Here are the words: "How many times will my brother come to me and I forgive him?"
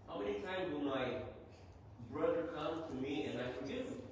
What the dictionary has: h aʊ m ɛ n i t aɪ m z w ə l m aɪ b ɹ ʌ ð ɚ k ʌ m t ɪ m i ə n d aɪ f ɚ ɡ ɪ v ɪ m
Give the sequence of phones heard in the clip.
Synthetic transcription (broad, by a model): h aʊ m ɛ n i t aɪ m z w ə n m aɪ b ɹ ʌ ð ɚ k ʌ m t ɪ m i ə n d aɪ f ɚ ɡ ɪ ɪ